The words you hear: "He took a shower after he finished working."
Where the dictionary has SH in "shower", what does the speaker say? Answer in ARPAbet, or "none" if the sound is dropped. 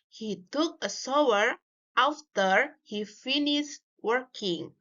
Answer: S